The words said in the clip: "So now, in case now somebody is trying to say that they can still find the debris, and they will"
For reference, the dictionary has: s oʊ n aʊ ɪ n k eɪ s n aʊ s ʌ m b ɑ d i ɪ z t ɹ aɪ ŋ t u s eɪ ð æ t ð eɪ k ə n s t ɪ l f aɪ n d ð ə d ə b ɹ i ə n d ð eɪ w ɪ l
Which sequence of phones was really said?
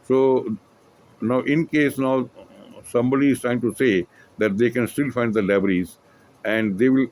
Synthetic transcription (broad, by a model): s oʊ n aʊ ɪ n k eɪ s n aʊ s ʌ m b ɑ d i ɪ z t ɹ aɪ ŋ t u s eɪ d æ t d eɪ k ə n s t ɪ l f aɪ n d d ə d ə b ɹ i ə n d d eɪ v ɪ l